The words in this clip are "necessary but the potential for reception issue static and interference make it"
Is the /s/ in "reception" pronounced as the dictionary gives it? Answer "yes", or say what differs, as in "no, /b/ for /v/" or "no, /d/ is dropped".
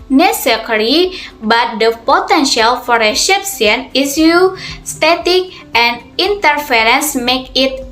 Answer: no, /ʃ/ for /s/